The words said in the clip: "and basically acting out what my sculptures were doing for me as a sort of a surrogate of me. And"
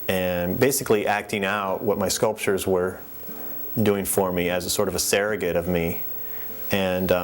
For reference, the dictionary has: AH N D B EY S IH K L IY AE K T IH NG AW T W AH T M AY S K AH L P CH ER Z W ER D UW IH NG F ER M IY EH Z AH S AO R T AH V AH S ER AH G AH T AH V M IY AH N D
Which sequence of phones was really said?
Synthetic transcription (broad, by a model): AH N B EY S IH K L IY AE K T IH NG AW T W AH T M AY S K AH L P CH ER Z W ER D UW IH NG F ER M IY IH Z AH S AO R T AH V AH S ER AH G AH T AH V M IY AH N